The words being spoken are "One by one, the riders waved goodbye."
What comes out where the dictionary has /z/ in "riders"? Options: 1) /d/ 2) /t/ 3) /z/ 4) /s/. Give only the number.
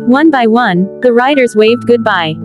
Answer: 3